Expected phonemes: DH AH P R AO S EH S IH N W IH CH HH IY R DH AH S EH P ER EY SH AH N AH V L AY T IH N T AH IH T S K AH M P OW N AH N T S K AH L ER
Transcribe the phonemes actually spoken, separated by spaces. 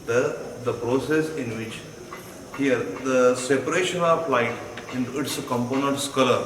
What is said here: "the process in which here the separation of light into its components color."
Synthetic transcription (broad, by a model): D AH P R AO S EH S IH N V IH CH HH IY R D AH S EH P ER EY SH AH N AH F L AY T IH N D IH T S K AH M P OW N AH N T S K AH L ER